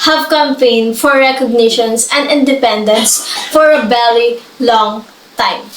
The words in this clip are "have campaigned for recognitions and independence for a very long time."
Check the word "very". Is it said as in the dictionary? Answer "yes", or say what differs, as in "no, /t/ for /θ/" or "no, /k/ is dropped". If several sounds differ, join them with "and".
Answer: no, /b/ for /v/ and /l/ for /ɹ/